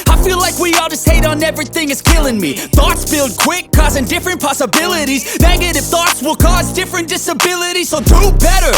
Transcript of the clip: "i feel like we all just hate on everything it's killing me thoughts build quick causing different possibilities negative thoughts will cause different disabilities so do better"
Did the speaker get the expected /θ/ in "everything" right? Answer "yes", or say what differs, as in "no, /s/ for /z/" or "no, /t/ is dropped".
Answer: yes